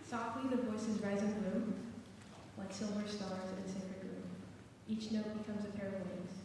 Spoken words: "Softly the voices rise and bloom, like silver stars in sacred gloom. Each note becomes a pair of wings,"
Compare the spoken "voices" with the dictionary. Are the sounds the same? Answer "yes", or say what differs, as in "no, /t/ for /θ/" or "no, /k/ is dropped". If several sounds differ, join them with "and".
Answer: yes